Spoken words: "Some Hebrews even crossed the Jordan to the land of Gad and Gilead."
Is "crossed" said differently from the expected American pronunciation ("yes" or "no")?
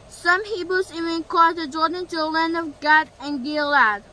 yes